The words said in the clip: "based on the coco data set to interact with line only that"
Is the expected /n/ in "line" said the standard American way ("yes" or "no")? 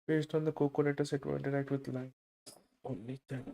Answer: no